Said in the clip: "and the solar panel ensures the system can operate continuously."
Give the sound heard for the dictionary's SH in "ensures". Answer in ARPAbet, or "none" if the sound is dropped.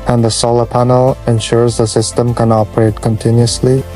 SH